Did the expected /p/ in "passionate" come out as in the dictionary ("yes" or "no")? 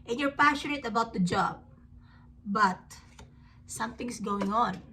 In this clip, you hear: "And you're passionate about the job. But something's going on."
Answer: yes